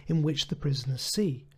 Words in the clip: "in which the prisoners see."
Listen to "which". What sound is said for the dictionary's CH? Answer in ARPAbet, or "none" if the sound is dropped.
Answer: CH